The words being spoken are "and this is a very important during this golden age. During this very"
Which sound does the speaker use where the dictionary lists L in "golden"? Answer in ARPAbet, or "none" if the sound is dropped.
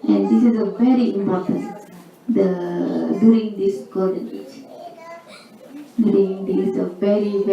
none